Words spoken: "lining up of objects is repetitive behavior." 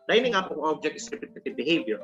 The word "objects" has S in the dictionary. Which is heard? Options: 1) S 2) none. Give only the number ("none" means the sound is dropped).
2